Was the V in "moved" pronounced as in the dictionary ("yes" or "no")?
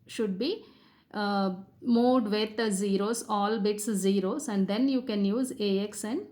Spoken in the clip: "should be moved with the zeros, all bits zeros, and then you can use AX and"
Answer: no